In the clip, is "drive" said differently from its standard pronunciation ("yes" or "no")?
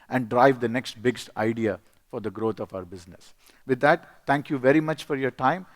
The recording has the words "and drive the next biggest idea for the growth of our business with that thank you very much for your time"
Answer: no